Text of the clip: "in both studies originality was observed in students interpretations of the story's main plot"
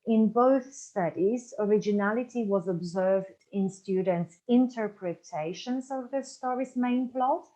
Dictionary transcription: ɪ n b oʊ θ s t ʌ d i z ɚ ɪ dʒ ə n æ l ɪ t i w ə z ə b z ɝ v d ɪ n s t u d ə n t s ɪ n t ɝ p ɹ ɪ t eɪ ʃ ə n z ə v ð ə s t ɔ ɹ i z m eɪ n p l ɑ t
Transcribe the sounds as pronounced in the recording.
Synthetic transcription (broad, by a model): ɪ n b oʊ θ s t ʌ d i z ɚ ɪ dʒ ə n æ l ɪ t i w ə z ə b z ɝ v d ɪ n s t u d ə n t s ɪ n t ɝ p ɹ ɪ t eɪ ʃ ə n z ə v ð ə s t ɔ ɹ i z m eɪ n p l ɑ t